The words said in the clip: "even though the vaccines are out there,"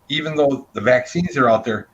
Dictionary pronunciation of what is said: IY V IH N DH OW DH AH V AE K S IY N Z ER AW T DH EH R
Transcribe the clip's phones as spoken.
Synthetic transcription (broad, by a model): IY V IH N DH OW DH AH V AE K S IY N Z ER AW T DH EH R